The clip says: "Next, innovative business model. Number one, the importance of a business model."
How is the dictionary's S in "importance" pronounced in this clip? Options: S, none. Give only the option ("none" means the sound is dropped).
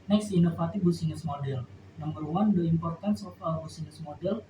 S